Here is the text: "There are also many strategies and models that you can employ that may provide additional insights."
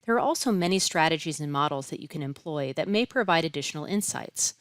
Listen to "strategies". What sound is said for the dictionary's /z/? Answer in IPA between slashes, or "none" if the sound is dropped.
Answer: /z/